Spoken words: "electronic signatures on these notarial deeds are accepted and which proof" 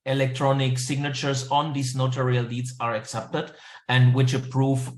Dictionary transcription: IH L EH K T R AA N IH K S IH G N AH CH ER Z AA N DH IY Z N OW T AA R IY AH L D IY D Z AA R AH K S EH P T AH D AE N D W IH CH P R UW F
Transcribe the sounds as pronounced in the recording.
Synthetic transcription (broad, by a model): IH L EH K T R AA N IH K S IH G N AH CH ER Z AA N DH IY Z N OW T AA R IY AH L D IY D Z AA R AH K S EH P T AH D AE N D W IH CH P R UW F